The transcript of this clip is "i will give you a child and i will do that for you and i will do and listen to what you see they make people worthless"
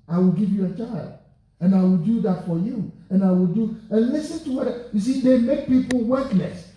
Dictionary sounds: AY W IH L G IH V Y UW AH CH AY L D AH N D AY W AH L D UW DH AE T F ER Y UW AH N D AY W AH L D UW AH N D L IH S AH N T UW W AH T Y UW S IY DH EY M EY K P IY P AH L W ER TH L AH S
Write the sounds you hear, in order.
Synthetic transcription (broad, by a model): AY W IH L G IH V Y UW AH CH AY L D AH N AY W AH L D UW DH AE T F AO Y UW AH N AY W AH L D UW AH N L IH S AH N T UW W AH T Y UW S IY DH EY M EY K P IY P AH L W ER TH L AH S